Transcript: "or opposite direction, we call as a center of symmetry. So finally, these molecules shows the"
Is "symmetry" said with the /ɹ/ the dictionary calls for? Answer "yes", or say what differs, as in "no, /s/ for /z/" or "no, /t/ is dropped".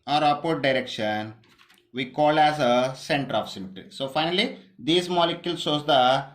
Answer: no, /ɹ/ is dropped